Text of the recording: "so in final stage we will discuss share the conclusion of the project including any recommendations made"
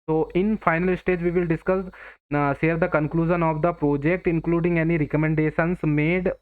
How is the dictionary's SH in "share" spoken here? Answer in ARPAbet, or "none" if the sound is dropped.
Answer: S